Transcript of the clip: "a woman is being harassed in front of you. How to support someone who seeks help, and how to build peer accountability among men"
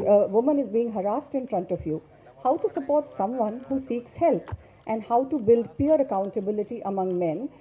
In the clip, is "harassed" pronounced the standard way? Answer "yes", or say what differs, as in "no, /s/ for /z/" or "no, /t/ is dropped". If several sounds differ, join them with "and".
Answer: yes